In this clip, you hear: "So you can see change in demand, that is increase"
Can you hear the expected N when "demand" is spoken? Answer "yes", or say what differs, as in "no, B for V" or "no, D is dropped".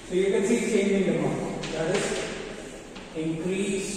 no, N is dropped